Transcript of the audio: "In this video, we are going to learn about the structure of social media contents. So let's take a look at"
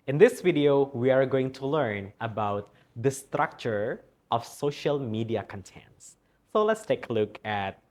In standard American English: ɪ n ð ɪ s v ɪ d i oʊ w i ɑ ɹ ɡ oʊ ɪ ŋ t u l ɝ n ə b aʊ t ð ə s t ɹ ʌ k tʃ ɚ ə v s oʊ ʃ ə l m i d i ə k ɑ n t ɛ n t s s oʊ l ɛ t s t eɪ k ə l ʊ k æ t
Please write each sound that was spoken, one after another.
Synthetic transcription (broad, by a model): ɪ n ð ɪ s v ɪ d i oʊ w i ɑ ɹ ɡ oʊ ɪ ŋ t u l ɝ n ə b aʊ t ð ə s t ɹ ʌ k tʃ ɚ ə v s oʊ ʃ ə l m i d i ə k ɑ n t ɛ n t s s oʊ l ɛ t s t eɪ k ə l ʊ k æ t